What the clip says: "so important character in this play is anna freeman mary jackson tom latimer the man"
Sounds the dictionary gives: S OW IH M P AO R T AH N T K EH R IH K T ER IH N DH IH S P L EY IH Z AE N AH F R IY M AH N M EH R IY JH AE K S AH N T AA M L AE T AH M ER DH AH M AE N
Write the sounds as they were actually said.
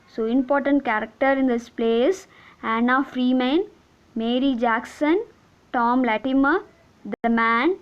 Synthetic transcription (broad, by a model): S OW IH M P AO R T AH N T K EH R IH K T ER IH N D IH S P L EY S AE N AH F R IY M AH N M EH R IY JH AE K S AH N T AA M L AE T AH M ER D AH M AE N